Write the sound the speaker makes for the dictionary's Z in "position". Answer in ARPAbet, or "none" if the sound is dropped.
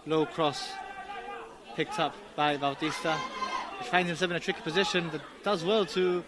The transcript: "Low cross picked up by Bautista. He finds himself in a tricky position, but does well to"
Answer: Z